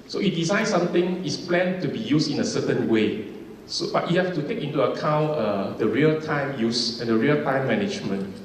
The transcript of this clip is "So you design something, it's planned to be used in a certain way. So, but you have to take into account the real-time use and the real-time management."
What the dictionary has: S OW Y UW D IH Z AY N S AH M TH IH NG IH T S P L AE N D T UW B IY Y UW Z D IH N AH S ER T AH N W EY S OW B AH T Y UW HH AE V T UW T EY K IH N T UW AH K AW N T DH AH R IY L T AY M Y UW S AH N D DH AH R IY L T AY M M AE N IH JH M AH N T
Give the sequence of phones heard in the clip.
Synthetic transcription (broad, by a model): S OW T D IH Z AY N S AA M T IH NG IH T S P L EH N T UW B IY Y UW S IH N AH S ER T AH N W EY S OW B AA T Y UW HH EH F T UW T EY K IH N T UW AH K AW N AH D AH R IY L T AY M Y UW S AH N D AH R IY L T AY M M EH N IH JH M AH N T